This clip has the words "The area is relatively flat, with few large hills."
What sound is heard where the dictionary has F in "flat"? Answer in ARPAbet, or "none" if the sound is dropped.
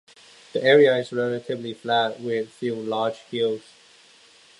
F